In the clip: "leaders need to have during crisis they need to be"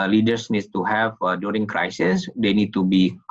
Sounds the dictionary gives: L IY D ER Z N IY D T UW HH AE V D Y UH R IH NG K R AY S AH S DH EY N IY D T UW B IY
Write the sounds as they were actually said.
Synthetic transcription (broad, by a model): L IY D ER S N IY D T UW HH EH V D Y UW R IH NG K R AY S AH S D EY N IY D T UW B IY